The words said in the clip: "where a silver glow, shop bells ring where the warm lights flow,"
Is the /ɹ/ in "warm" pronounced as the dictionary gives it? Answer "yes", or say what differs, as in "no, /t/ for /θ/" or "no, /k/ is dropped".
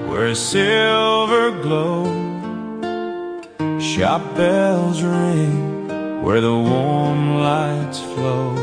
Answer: yes